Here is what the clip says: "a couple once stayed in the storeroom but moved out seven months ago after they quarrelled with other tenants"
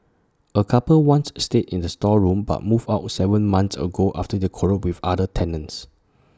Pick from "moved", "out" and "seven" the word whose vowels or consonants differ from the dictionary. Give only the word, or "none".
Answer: moved